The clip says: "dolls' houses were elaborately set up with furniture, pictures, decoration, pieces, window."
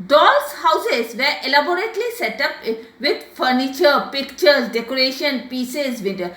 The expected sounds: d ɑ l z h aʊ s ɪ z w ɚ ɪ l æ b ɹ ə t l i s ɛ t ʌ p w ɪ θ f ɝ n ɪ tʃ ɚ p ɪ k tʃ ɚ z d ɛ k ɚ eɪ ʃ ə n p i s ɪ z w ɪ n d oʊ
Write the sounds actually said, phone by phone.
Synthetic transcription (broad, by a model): d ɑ l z h aʊ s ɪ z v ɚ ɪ l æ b ɹ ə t l i s ɛ t ʌ p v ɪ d f ɝ n ɪ tʃ ɚ p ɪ k tʃ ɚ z d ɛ k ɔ eɪ ʃ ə n p i s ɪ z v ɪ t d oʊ